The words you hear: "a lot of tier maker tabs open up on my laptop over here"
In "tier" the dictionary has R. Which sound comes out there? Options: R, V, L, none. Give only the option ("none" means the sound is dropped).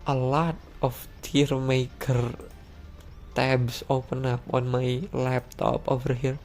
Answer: R